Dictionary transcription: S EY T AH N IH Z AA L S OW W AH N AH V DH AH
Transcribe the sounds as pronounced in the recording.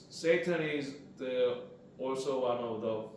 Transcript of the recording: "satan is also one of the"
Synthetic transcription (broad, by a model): S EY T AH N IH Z AA L S OW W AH N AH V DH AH